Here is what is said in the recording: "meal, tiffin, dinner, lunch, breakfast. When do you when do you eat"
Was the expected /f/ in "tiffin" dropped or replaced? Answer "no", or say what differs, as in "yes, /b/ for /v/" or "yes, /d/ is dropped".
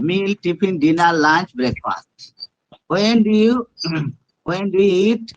yes, /p/ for /f/